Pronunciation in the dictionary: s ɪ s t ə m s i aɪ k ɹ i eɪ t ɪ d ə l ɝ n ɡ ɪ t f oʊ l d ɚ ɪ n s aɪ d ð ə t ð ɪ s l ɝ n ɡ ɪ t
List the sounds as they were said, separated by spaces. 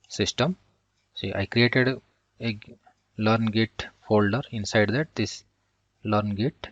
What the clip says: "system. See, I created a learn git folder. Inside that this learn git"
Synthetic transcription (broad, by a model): s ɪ s t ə m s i aɪ k ɹ i eɪ t ɪ d ə l ɝ n ɡ ɪ t f oʊ l d ɚ ɪ n s aɪ d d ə t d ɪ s l ɝ n ɡ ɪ t